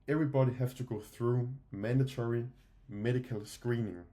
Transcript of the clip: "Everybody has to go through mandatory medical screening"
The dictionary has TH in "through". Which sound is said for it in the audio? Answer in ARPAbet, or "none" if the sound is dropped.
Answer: TH